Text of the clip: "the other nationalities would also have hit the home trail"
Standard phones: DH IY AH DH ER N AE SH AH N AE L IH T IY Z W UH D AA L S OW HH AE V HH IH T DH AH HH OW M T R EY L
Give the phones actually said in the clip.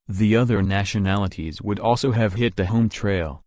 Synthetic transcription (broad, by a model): DH IY AH DH ER N AE SH AH N AE L IH T IY Z W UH D AA L S OW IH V HH IH T DH AH HH OW M T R EY L